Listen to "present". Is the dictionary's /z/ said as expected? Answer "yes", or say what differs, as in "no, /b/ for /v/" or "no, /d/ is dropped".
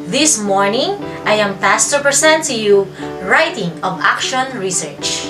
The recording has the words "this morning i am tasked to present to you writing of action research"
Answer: no, /s/ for /z/